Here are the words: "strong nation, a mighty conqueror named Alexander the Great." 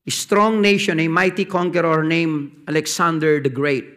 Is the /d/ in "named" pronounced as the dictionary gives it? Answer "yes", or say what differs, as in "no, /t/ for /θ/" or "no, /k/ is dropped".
no, /d/ is dropped